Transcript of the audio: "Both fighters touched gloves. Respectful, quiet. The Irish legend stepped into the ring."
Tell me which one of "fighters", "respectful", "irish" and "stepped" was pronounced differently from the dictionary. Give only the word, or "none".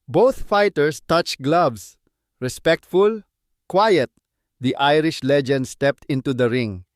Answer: fighters